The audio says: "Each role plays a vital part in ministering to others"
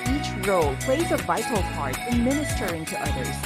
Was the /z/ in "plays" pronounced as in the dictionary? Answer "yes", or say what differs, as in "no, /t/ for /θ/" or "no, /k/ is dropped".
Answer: yes